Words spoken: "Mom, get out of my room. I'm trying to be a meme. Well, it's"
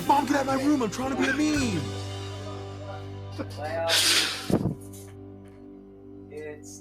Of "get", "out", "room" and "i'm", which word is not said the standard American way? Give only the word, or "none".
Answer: none